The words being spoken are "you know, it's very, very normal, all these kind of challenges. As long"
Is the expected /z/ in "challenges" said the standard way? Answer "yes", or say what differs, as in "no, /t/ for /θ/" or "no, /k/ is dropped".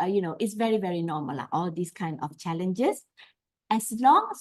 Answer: no, /s/ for /z/